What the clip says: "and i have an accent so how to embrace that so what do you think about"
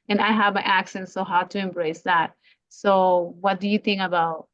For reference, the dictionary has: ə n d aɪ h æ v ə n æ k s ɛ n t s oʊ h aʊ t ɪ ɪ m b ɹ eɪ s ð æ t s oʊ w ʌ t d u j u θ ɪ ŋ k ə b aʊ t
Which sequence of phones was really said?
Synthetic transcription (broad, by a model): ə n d aɪ h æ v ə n æ k s ɛ n t s oʊ h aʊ t ɪ ɪ m b ɹ eɪ s ð æ t s oʊ w ʌ t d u j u θ ɪ ŋ k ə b aʊ t